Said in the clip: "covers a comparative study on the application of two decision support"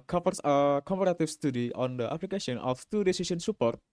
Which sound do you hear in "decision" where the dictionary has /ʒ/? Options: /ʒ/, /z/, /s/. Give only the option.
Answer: /s/